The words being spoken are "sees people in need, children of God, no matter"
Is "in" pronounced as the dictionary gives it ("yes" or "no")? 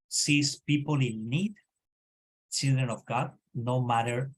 no